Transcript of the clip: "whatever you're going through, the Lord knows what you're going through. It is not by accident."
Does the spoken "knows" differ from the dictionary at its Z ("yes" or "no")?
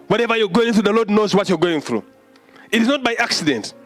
no